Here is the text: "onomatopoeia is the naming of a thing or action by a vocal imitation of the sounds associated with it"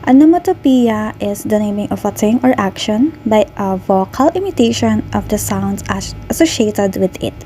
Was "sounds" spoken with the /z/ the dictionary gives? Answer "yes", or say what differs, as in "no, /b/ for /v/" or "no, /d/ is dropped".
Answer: no, /s/ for /z/